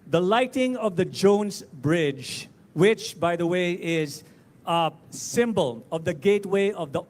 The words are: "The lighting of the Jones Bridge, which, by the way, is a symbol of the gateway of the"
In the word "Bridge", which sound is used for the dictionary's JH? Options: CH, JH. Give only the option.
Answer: JH